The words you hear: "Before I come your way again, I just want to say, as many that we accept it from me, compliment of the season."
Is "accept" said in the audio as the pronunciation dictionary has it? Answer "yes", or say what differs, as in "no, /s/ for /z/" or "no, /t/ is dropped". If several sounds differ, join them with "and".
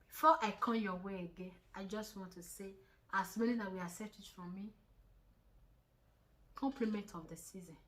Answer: no, /k/ is dropped